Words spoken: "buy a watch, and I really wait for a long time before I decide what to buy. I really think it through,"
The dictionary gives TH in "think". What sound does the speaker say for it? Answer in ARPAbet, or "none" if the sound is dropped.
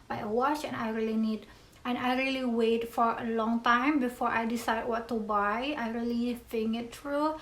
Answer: F